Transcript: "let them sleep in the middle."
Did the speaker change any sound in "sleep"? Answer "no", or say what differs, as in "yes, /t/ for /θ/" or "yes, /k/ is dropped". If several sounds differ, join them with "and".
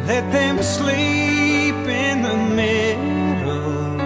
no